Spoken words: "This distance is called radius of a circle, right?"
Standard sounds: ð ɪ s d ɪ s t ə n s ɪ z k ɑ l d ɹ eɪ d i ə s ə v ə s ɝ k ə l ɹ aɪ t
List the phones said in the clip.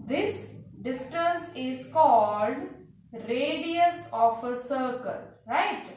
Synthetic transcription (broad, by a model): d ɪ s d ɪ s t ə n s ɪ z k ɑ l d ɹ eɪ d i ə s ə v ə s ɝ k ə l ɹ aɪ t